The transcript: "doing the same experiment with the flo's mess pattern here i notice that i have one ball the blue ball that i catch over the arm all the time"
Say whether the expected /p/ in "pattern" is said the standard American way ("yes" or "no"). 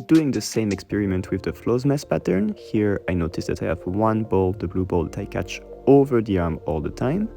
yes